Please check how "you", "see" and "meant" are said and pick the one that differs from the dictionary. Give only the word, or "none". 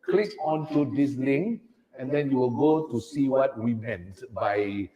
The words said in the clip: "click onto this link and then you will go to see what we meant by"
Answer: none